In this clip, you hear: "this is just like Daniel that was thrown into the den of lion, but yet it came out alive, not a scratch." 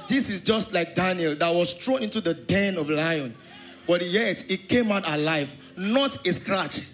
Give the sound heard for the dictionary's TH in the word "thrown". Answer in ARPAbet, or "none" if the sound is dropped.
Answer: S